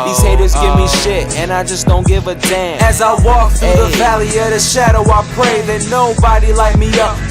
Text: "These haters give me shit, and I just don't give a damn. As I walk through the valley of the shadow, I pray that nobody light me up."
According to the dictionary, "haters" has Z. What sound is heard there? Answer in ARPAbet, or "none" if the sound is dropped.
Z